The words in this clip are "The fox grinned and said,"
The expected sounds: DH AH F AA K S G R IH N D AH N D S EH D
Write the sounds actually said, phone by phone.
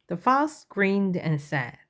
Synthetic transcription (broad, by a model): DH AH F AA S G R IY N D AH N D S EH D